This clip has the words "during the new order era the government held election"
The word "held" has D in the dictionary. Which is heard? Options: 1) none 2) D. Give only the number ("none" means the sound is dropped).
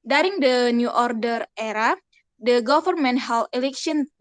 1